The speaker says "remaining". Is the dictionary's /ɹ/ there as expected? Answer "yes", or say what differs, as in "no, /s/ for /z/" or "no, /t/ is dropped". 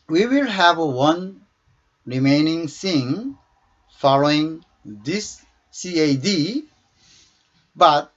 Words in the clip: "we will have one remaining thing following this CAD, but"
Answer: yes